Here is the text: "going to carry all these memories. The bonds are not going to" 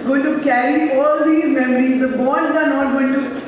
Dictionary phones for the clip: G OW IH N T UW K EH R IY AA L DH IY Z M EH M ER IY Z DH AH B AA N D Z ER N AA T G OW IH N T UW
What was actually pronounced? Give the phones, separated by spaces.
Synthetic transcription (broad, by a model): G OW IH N T UW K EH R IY AA L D IY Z M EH M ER IY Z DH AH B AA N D ER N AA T G OW IH N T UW